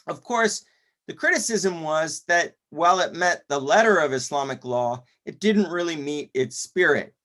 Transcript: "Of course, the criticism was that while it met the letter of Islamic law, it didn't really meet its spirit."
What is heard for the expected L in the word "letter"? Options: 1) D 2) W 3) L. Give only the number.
3